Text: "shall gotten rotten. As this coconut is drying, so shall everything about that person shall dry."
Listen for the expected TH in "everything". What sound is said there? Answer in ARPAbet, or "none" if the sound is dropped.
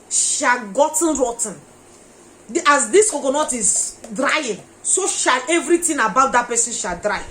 T